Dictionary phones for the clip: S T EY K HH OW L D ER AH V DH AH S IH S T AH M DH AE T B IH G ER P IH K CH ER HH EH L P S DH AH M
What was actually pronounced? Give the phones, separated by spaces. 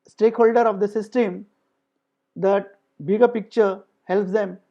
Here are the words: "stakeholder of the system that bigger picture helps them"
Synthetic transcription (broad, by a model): S T EY K HH OW L D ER AH V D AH S IH S T AH M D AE T B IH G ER P IH K CH ER HH EH L P S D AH M